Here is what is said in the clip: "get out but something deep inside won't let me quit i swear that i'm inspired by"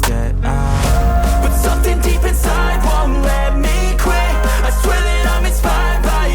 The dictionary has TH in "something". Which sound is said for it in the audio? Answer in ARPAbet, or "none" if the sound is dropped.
TH